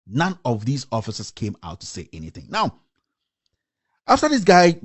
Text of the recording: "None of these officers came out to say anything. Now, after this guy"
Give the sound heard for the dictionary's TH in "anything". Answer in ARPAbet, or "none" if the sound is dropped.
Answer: TH